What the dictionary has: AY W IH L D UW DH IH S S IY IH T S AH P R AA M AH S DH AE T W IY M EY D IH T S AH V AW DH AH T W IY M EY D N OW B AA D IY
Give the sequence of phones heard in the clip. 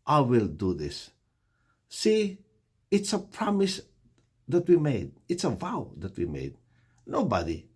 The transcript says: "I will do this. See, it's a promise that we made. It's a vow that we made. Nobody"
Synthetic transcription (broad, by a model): AY W IH L D UW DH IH S S IY IH T S AH P R AA M AH S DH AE T W IY M EY D IH T S AH V AW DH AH T W IY M EY D N OW B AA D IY